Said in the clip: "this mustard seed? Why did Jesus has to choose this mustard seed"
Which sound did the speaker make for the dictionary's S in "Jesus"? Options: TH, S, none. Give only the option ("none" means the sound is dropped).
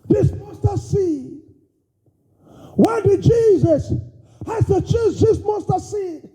S